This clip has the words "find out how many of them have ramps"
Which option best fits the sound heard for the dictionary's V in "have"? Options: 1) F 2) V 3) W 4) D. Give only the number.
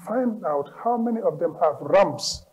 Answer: 2